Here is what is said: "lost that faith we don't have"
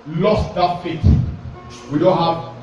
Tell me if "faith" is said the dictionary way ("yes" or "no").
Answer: no